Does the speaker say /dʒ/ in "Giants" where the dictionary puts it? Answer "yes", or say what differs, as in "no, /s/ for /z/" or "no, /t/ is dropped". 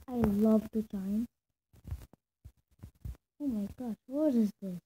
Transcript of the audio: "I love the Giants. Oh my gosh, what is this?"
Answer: no, /tʃ/ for /dʒ/